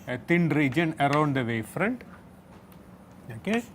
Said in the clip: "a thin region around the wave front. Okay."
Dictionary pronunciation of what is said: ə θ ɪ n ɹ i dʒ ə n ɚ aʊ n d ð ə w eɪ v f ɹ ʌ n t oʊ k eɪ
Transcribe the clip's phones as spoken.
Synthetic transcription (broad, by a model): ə t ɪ n ɹ i dʒ ə n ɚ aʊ n d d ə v eɪ f ɹ ʌ n t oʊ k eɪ